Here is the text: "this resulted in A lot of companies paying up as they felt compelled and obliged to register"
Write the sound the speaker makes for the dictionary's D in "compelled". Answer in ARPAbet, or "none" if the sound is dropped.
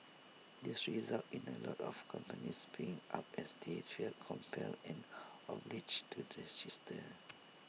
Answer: none